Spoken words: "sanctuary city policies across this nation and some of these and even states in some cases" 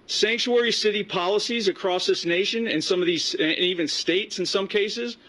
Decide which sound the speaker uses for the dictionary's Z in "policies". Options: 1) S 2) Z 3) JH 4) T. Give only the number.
2